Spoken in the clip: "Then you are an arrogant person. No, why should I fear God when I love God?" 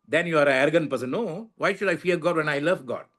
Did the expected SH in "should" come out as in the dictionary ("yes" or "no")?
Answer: yes